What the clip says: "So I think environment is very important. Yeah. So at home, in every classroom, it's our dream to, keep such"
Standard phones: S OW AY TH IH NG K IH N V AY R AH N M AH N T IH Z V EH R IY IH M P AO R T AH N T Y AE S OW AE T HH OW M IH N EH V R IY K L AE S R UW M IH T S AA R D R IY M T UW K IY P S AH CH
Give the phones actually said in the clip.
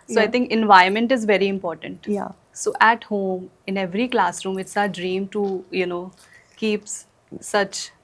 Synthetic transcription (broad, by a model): S OW AY T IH NG K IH N V AY AH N M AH N T IH Z V EH R IY IH M P AO R T AH N T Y S OW AE T HH OW M IH N EH V R IY K L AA S R UW M IH T S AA D R IY M T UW K IY P S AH CH